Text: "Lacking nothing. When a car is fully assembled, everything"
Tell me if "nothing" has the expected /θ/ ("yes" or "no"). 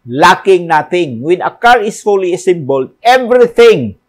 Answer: no